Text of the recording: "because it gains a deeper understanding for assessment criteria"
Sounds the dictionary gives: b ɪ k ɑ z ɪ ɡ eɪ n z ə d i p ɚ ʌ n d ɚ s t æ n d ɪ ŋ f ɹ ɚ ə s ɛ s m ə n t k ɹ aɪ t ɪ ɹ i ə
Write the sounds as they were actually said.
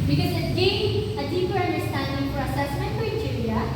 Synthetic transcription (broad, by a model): b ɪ k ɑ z ɪ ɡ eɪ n ə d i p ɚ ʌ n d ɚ s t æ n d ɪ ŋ p ɹ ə s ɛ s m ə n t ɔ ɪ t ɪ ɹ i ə